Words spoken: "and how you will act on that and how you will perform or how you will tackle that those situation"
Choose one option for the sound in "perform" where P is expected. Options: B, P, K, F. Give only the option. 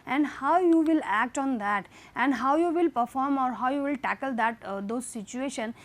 P